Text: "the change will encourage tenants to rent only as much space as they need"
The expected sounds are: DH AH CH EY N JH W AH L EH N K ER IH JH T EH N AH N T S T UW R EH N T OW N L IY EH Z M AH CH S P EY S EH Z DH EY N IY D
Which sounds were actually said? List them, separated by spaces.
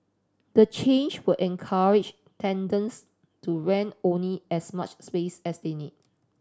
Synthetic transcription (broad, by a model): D AH CH EY N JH W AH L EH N K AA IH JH T EH N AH N S T UW R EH N OW N L IY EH S M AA CH S P EY S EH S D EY N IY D